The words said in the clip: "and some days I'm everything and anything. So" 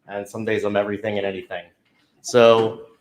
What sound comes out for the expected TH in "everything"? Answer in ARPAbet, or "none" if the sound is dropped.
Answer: TH